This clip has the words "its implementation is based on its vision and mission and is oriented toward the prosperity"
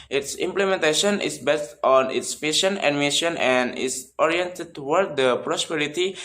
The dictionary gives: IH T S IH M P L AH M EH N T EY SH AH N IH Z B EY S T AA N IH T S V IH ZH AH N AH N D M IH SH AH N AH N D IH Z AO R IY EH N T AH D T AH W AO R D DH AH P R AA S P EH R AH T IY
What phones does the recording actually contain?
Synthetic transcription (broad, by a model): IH T S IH M P L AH M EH N T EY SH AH N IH S B EY S T AA N IH T S F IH SH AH N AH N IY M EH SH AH N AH N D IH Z AO R IY EH N T AH D T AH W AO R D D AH P R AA S P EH R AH T IY